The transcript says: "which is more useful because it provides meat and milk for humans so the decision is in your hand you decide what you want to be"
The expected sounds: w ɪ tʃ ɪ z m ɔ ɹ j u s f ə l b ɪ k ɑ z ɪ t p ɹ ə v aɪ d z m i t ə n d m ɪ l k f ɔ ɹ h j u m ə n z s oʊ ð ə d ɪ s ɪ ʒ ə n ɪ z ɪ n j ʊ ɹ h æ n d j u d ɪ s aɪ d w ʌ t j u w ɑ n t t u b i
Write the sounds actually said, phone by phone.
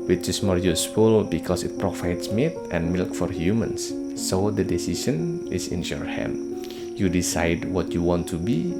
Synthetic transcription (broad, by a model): w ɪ tʃ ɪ s m ɔ ɹ j u s f ə l b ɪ k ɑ s ɪ t p ɹ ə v aɪ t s m i t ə n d m ɪ l k f ɔ ɹ h j u m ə n s oʊ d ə d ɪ s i s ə n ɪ s ɪ n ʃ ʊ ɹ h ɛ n j u d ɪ s aɪ d w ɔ t j u w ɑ n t t u b i